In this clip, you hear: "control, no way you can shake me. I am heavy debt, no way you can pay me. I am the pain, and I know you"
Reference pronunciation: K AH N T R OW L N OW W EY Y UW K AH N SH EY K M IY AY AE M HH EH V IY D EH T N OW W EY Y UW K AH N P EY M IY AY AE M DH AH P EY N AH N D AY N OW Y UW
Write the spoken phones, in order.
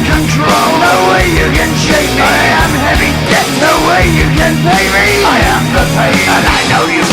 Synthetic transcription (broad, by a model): K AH N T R OW L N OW W EY Y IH K AH N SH EY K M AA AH M HH EH V IY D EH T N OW W EY Y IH K AH N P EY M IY AY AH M DH AH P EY AH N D AY N OW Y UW